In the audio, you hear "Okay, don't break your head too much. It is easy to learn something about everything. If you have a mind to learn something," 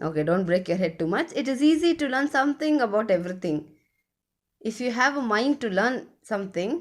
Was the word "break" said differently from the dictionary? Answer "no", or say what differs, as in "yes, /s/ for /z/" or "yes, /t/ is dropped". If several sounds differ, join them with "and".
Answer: no